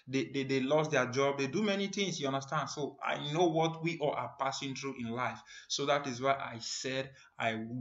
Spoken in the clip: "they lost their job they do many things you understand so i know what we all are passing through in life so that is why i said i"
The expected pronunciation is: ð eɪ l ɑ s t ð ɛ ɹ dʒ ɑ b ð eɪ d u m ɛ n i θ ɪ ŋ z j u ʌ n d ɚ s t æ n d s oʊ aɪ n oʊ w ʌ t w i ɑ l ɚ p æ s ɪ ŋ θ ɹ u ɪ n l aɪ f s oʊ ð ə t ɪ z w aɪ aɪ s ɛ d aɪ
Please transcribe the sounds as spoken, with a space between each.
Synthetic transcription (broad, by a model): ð eɪ l ɑ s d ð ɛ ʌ dʒ ɑ b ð eɪ d u m ɛ n i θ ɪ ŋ s j u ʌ n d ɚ s t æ n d s oʊ aɪ n oʊ w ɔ t w i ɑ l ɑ p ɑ s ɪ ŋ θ ɹ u ɪ n l aɪ f s oʊ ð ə t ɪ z w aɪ aɪ s ɛ d aɪ